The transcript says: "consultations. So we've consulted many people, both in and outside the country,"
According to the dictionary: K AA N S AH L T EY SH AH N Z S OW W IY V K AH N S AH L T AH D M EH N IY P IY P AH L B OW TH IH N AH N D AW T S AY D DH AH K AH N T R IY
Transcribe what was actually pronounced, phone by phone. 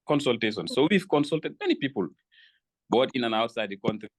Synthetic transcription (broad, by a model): K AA N S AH L T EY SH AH N S OW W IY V K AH N S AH L T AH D M EH N IY P IY P AH L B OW T IH N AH N AW T S AY D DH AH K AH N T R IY